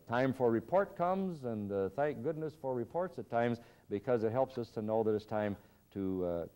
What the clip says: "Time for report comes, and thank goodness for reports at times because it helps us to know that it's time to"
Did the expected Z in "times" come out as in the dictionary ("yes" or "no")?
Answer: yes